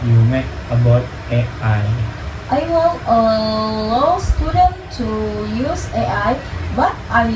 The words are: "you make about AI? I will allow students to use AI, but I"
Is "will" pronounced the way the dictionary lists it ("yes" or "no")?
no